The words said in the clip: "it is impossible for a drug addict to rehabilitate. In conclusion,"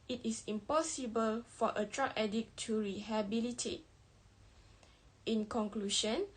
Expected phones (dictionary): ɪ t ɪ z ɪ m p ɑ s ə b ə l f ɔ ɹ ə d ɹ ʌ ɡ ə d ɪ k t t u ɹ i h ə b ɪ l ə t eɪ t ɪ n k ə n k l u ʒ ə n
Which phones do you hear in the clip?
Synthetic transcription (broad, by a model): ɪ t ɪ s ɪ m p ɑ s ə b ə l f ɔ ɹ ə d ɹ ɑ ə d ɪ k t t u ɹ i h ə b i l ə t eɪ t ɪ n k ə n k l u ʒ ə n